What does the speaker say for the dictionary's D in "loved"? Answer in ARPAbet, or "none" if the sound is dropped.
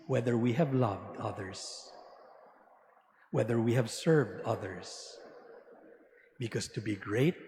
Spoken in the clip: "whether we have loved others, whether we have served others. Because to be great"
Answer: D